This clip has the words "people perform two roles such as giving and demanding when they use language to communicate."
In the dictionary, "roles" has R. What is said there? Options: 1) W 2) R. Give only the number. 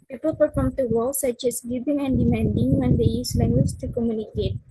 1